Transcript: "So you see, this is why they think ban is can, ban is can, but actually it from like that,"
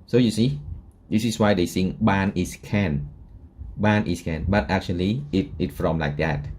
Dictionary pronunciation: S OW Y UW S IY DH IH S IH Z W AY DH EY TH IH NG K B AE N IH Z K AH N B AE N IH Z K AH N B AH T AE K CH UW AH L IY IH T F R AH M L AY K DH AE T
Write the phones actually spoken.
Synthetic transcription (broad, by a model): S OW Y UW S IY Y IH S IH S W AY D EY S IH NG B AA N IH S K AH N B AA N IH S K AH N B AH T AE K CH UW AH L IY IH T F R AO M L AY K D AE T